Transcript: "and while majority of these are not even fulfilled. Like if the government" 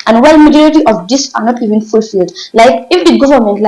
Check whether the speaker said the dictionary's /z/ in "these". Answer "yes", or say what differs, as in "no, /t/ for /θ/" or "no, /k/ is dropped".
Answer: no, /s/ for /z/